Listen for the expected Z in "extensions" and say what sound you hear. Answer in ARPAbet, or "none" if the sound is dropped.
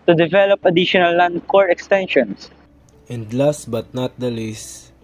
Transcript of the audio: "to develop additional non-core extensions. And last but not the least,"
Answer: S